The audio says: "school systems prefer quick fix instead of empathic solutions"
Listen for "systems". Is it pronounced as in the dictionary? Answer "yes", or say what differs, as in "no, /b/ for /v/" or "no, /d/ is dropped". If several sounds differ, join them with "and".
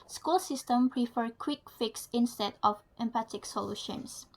no, /z/ is dropped